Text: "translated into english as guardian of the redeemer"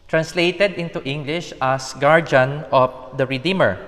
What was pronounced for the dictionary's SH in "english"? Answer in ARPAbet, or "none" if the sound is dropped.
SH